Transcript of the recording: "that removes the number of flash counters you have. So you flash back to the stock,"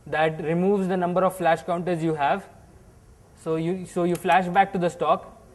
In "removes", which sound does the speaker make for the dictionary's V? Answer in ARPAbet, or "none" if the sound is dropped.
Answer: V